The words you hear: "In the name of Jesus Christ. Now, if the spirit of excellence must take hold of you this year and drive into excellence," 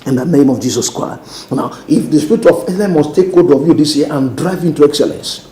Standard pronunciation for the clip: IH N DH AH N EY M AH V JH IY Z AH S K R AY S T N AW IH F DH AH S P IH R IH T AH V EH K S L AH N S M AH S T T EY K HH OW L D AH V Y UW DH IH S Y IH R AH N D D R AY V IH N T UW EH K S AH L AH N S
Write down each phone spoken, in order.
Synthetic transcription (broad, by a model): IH N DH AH N EY M AH V JH IY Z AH S K R AY S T N AW IH F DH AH S P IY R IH T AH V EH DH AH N M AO S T T EY K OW D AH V Y UW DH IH S Y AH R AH N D D R AY V IH N T UW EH K S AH L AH N S